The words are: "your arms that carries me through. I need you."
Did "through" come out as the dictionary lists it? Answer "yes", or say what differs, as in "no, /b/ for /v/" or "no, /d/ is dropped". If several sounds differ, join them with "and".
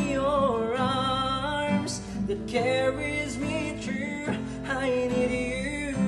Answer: no, /t/ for /θ/